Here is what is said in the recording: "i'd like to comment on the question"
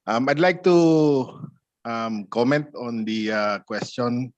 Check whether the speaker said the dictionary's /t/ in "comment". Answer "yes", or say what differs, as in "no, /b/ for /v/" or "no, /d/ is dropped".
yes